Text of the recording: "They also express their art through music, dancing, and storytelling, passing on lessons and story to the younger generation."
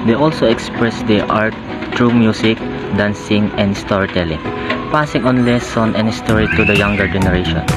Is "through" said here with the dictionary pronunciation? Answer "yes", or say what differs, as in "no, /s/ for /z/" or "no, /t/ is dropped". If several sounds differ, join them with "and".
no, /t/ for /θ/